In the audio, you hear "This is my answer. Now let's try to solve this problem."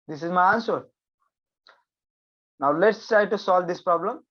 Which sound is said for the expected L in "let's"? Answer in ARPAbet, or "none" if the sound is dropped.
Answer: L